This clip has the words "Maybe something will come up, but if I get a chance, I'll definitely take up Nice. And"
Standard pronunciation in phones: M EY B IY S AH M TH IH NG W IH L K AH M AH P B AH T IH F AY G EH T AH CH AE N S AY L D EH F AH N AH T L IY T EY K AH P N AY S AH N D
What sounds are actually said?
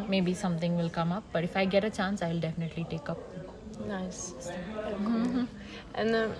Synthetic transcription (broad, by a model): M EY B IY S AH M T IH NG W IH L K AH M AH P B AH T IH F AY G EH T AH CH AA N S AY L D EH F AH N AH T L IY T EY K AH P N AY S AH N